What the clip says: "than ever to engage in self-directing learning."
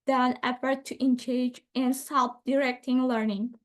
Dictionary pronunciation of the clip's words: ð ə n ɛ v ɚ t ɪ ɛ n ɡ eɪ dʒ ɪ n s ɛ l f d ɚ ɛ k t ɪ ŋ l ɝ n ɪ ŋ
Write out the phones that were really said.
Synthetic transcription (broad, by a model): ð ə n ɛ f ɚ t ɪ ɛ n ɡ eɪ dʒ ɪ n s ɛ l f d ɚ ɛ k t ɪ ŋ l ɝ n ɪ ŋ